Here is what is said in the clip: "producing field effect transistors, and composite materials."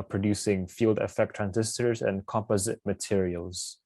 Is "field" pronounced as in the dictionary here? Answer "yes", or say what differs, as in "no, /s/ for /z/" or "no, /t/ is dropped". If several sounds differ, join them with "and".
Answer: yes